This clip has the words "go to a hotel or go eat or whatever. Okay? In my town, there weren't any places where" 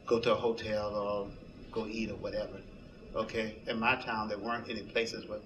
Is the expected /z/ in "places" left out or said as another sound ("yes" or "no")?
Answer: no